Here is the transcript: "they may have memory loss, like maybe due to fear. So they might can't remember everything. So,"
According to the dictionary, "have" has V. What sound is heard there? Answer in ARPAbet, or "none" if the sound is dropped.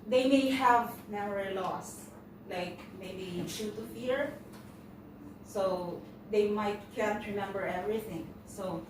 V